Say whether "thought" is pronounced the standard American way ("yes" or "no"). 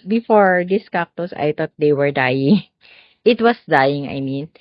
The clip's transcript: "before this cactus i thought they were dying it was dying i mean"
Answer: no